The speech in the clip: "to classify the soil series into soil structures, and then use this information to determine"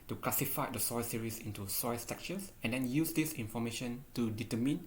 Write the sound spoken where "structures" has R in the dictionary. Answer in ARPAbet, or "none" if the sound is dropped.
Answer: none